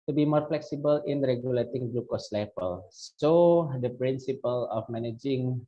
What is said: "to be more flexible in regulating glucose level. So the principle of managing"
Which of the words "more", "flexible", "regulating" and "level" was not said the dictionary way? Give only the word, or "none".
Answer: level